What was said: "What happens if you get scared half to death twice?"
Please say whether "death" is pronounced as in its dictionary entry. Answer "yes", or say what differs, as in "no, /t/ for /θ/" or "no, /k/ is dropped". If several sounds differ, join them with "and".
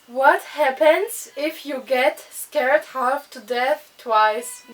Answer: yes